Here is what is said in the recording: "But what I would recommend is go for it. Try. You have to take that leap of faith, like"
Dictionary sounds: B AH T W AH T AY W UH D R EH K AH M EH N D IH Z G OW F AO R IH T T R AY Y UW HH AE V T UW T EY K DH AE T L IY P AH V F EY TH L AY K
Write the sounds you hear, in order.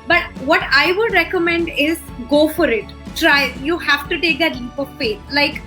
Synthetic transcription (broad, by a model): B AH T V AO T AY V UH D R EH K AH M EH N D IH Z G OW F AO R IH T T R AY Y UW HH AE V T UW T EY K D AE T L IY P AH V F EY T L AY K